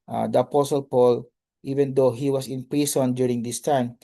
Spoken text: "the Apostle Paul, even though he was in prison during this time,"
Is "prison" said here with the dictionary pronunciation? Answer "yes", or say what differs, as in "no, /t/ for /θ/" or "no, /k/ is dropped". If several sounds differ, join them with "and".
no, /s/ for /z/